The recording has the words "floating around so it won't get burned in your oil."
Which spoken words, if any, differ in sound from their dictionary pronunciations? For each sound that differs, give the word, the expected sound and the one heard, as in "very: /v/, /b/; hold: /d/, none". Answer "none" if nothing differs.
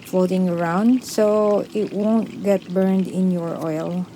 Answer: none